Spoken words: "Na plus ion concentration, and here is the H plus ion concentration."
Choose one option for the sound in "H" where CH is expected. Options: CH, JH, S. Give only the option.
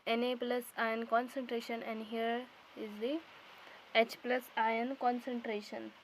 CH